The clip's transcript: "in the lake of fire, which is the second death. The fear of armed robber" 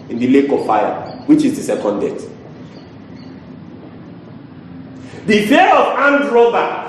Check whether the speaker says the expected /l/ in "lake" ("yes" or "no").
yes